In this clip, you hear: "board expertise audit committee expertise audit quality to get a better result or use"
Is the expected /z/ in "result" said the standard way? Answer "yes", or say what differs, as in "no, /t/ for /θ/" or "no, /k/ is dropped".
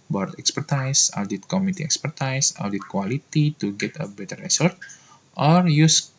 no, /s/ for /z/